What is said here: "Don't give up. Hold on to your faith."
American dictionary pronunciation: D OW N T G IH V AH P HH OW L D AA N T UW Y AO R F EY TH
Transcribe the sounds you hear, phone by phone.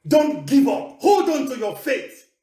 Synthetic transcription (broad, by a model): D OW N T G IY V AH P HH OW L D AA N T UW Y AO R F EY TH